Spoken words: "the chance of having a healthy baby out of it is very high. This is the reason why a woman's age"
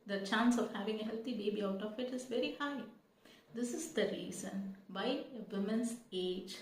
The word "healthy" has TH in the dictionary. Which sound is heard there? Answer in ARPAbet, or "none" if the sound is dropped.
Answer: T